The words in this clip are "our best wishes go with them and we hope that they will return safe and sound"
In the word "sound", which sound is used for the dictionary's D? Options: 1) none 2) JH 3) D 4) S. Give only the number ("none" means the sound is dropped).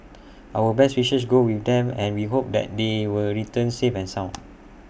1